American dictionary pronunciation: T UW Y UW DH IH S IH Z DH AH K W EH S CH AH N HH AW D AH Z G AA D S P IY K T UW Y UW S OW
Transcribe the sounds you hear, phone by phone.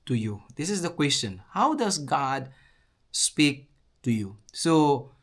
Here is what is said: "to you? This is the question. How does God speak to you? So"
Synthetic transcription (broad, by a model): T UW Y UW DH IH S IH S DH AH K W EH S CH AH N HH AW D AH S G AA D S P IY K T UW Y UW S OW